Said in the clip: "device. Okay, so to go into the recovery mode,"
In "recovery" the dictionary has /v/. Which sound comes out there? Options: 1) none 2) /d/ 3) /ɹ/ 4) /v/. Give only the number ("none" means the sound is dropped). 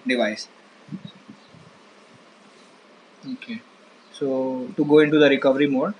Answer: 4